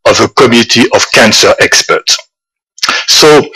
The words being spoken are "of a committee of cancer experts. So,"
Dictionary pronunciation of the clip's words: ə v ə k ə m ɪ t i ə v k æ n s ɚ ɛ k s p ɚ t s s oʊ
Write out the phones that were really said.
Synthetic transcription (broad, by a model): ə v ə k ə m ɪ t i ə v k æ n s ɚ ɛ k s p ɚ t s s oʊ